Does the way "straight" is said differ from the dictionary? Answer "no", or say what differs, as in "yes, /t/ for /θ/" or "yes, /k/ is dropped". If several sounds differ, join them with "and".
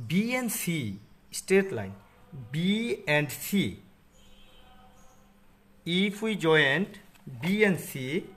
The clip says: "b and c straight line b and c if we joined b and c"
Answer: yes, /ɹ/ is dropped